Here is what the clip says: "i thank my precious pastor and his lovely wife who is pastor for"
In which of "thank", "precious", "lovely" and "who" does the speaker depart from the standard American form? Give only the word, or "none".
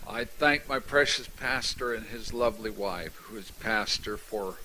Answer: none